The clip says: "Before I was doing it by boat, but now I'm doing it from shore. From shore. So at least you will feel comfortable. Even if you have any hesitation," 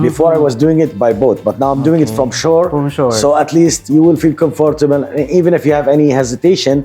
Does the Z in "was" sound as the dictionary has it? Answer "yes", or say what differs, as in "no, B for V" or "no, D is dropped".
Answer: yes